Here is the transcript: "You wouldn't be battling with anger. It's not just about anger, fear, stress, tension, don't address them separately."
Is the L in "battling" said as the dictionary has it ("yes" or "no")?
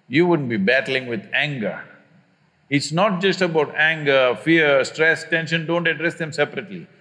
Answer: yes